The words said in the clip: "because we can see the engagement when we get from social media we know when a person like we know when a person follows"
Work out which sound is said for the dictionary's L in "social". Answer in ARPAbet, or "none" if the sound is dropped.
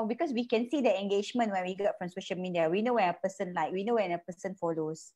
N